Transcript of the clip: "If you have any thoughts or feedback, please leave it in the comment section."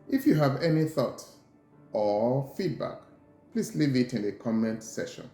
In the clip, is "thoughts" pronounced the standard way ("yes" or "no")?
no